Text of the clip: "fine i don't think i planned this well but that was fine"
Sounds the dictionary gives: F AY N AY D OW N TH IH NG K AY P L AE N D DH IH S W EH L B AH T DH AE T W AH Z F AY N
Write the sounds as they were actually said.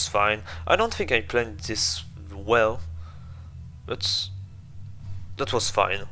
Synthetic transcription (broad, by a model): F AY N AY D OW N TH IH NG K AY P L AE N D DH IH S W EH L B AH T DH AE T W AH Z F AY N